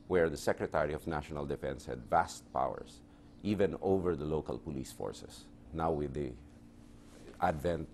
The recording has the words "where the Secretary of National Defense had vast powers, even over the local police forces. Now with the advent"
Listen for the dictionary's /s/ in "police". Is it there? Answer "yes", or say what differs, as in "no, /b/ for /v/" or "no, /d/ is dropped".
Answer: yes